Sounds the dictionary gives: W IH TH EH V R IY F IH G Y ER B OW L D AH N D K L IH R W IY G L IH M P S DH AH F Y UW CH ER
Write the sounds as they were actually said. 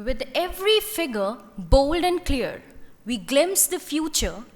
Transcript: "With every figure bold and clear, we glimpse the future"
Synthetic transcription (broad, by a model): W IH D EH V R IY F IH G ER B OW L D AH N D K L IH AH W IY G L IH M S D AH F Y UW CH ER